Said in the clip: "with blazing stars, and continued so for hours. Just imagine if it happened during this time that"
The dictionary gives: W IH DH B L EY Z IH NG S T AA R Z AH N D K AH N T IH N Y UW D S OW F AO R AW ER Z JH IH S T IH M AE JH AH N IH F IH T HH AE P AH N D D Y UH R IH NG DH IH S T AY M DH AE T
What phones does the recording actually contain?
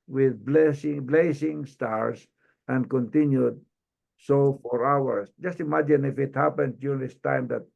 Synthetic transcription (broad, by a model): W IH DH B L EY S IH NG S T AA R S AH N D K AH N T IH N Y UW D S OW F AO R AW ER S JH IH S T IH M AE JH AH N IH F IH T HH AE P AH N D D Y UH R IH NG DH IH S T AY M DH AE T